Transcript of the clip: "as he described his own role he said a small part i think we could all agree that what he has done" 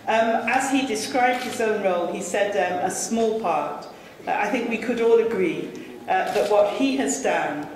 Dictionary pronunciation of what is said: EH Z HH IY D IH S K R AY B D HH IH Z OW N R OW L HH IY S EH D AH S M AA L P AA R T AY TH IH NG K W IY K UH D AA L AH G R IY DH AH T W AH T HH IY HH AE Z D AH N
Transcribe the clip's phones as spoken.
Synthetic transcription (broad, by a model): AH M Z IY D IH S K R AY B D HH IH Z OW N R OW L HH IY S EH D AH S M AA L P AA R T AY TH IH NG K W IY K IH D AA L AH G R IY DH AH T W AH T HH IY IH Z D AH N